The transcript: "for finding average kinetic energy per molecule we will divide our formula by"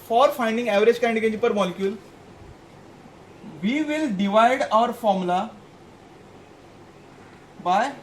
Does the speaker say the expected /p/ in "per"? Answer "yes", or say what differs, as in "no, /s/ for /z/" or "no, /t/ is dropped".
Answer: yes